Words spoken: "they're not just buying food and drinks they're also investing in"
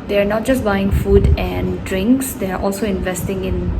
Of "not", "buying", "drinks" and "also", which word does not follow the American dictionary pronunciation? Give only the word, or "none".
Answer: none